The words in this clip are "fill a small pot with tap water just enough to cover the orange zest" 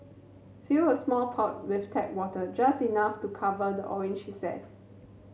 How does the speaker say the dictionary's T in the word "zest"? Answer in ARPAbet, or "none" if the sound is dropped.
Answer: none